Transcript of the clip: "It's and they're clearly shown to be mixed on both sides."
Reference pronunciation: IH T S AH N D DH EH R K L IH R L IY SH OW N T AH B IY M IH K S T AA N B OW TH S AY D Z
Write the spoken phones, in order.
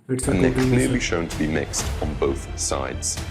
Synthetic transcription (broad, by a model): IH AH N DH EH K K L IH L L IY SH OW N T AH B IY M IH K S T N B OW TH S AY D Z